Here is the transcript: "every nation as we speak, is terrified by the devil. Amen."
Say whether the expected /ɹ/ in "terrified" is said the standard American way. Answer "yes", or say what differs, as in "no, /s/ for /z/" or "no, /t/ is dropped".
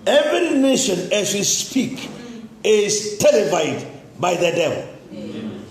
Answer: no, /l/ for /ɹ/